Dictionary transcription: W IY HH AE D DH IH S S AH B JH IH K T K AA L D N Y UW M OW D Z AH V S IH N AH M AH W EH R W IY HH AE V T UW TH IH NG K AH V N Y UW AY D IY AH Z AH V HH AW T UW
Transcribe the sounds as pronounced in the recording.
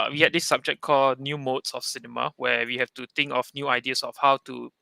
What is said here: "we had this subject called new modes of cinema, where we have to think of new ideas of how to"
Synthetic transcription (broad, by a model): W IY HH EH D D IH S S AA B JH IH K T K AA L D N Y UW M OW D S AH F S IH N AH M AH W EH W IY HH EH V T UW T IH NG K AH F N Y UW AY D IY AH S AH F HH AW T UW